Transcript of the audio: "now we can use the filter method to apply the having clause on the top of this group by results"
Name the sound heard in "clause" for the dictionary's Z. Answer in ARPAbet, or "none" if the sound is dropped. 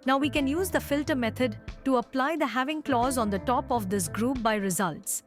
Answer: Z